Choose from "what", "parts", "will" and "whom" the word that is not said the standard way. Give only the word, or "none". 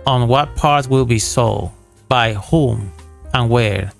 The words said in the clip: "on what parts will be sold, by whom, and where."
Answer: parts